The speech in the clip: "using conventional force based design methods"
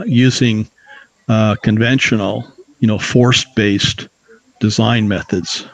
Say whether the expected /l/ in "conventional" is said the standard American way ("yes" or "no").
no